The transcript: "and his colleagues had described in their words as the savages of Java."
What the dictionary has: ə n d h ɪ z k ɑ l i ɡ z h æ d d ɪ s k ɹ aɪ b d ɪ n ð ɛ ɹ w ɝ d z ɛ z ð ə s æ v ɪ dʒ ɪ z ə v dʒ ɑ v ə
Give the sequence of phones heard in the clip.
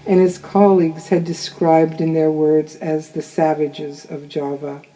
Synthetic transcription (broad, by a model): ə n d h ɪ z k ɑ l i ɡ z h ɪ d d ɪ s k ɹ aɪ b d ɪ n ð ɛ ɹ w ɝ d z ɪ z ð ə s æ v ɪ dʒ ɪ z ə v dʒ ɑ v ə